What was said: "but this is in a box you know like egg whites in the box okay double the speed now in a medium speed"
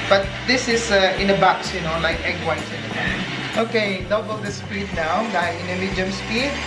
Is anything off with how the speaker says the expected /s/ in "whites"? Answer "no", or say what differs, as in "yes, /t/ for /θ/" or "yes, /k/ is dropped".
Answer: yes, /s/ is dropped